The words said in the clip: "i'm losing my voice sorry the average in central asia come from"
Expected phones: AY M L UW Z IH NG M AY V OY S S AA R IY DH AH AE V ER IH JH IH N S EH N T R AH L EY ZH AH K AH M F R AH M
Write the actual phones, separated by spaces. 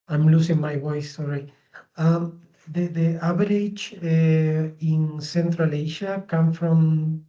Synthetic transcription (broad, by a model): AY M L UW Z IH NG M AY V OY S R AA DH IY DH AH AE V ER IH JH IH N S EH N T R AH L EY SH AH K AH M F R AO M